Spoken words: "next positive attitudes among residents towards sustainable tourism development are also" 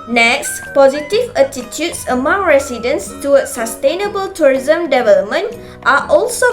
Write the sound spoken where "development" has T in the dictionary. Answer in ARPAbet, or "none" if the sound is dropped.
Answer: T